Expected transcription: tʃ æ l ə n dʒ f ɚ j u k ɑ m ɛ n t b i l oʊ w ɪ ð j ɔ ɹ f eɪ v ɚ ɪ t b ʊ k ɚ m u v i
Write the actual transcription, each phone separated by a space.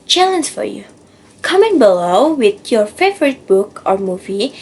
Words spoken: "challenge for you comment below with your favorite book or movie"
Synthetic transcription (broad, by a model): tʃ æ l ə n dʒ f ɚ j u k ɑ m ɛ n b i l oʊ w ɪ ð j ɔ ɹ f eɪ v ɚ ɪ t b ʊ k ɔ m u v i